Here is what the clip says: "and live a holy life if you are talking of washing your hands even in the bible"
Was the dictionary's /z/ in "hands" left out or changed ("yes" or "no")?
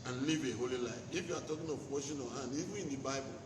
yes